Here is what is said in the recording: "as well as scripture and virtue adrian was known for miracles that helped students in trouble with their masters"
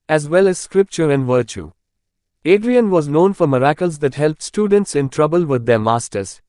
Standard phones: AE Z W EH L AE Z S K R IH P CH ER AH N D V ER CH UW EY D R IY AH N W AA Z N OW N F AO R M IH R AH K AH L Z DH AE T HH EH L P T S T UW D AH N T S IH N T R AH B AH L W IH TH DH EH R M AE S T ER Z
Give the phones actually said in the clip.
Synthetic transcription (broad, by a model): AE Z W EH L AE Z S K R IH P CH ER AH N D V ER CH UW EY D R IY AH N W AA Z N OW N F AO R M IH R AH K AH L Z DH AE T HH EH L P T S T UW D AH N T S IH N T R AH B AH L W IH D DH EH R M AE S T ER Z